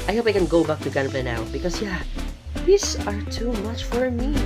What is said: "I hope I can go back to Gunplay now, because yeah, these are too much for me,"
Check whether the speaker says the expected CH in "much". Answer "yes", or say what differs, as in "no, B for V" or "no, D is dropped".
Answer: yes